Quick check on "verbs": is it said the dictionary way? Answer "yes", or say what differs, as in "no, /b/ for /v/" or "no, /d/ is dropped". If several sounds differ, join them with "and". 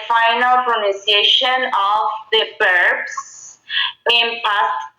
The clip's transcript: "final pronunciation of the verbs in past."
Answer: no, /b/ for /v/